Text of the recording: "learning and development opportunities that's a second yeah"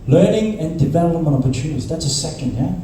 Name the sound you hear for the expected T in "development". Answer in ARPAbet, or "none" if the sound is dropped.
none